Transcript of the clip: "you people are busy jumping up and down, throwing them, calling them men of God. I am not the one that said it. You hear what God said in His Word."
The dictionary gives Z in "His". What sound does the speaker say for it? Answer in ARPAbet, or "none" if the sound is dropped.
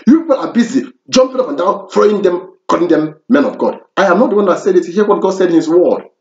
S